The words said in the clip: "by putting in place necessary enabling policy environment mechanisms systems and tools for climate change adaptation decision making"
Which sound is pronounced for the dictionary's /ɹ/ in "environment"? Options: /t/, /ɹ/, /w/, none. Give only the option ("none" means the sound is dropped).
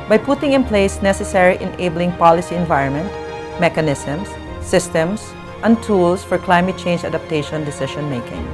/ɹ/